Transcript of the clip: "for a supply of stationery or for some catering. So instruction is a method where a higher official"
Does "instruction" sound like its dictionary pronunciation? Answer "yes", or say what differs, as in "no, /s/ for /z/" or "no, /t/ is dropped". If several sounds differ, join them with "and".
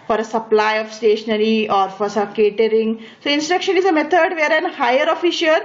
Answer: yes